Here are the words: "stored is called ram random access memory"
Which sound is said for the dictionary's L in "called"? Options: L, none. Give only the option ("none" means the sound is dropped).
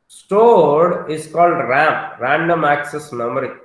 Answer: L